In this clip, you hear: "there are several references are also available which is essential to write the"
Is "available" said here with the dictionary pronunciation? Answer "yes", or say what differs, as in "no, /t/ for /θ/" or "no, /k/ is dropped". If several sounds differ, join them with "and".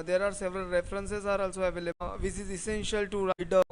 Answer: no, /b/ is dropped